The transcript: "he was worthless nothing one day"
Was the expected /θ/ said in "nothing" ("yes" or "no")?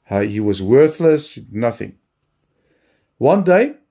yes